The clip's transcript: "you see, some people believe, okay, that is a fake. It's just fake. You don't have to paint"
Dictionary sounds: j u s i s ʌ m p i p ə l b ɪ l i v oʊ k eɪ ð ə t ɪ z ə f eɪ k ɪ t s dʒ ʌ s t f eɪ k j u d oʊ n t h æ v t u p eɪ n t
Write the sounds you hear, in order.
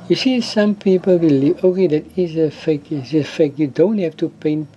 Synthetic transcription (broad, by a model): j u s i s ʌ m p i p ə l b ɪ l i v oʊ k eɪ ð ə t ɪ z ə f eɪ k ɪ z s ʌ f eɪ k j u d oʊ n t h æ f t u p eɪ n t